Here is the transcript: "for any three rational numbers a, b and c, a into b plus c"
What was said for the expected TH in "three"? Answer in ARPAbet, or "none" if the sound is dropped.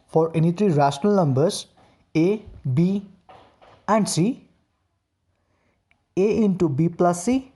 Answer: T